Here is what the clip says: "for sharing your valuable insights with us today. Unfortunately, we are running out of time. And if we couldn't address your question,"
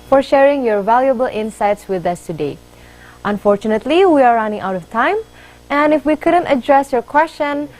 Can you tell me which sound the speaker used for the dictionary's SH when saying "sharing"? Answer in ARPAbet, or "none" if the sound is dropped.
SH